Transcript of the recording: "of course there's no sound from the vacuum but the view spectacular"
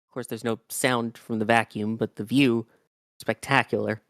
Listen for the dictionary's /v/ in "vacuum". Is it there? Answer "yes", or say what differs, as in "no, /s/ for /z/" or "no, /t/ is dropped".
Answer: yes